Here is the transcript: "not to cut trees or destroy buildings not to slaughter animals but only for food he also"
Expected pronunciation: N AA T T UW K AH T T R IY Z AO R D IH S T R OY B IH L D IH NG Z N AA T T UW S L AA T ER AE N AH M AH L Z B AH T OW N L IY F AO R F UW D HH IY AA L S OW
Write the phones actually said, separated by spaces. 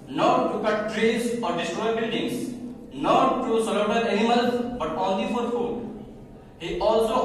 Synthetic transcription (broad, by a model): N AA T T UW K AH T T R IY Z AO R D IH S T R OY B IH L D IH NG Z N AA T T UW S AA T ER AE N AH M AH L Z B AH T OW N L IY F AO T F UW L HH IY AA L S OW